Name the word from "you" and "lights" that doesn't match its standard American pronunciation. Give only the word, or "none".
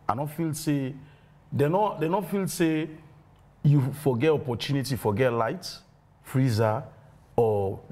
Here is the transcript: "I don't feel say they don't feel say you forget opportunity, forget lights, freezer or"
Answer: lights